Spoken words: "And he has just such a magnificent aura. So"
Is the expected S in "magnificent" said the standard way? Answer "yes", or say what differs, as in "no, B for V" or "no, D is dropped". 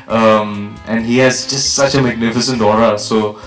yes